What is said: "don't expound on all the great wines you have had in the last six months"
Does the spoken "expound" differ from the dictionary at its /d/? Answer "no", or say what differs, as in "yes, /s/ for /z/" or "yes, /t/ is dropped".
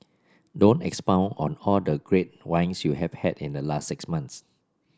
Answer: yes, /d/ is dropped